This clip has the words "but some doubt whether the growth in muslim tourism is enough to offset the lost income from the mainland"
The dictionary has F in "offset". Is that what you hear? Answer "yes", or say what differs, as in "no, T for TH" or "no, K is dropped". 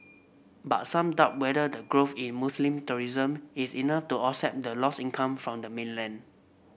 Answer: no, F is dropped